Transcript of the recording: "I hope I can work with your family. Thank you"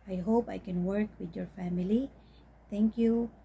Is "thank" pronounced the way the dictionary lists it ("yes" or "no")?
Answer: no